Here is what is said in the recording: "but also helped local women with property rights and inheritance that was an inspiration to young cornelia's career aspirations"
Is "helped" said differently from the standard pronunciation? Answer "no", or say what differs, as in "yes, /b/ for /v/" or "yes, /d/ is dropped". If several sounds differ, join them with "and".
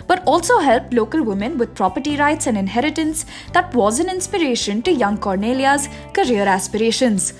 no